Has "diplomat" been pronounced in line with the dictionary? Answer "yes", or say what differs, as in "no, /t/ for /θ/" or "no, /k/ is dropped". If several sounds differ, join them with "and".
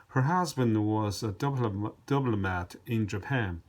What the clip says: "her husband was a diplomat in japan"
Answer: no, /b/ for /p/